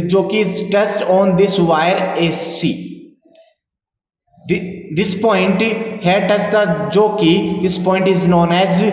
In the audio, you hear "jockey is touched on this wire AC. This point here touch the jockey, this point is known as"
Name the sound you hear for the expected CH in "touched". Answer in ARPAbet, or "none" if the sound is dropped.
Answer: S